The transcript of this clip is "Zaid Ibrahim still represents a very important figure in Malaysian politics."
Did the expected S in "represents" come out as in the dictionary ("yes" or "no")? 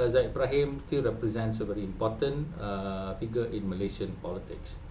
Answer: yes